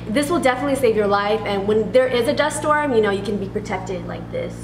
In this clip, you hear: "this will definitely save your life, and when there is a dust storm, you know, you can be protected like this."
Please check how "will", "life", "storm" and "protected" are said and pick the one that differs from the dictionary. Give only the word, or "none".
none